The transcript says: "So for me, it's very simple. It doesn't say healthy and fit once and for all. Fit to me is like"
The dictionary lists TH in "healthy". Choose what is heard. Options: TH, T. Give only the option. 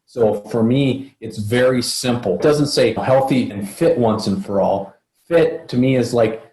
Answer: TH